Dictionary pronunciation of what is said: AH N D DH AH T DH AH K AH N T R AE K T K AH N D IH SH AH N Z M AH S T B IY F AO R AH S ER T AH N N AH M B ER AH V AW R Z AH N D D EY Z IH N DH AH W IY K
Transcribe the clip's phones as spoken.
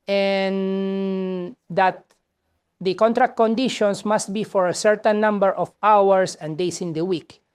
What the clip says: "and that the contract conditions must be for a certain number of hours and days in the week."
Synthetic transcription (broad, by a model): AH N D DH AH T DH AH K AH N T R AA K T K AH N D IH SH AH N S M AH S T B IY F AO R AH S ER T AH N N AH M B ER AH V AW R S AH N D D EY S IH N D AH W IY K